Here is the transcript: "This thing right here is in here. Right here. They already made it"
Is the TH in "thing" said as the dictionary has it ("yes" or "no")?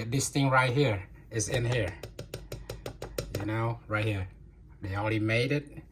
yes